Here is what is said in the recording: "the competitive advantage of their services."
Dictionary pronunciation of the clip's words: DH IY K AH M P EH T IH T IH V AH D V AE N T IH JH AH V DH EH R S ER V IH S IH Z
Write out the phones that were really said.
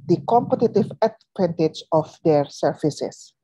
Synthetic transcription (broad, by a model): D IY K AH M P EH T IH T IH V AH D P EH N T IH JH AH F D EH R S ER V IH S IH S